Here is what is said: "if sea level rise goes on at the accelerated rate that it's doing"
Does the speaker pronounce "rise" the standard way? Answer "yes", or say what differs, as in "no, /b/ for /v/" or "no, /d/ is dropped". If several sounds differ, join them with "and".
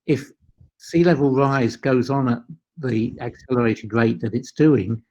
yes